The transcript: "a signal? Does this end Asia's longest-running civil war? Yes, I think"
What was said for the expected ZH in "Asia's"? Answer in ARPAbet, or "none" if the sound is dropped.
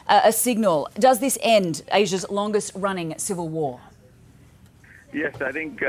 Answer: ZH